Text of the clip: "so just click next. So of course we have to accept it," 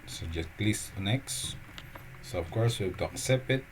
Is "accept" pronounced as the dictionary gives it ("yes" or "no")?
no